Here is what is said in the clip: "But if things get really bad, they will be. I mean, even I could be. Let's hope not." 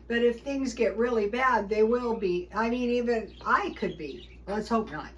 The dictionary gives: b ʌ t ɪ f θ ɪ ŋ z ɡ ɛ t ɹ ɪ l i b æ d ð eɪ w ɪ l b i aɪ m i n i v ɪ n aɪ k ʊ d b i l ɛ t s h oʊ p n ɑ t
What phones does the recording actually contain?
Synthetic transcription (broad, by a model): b ʌ t ɪ f θ ɪ ŋ z ɡ ɛ t ɹ ɪ l i b æ d ð eɪ w ɪ l b i aɪ m i n i v ɪ n aɪ k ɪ d b i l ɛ t s h oʊ p n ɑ t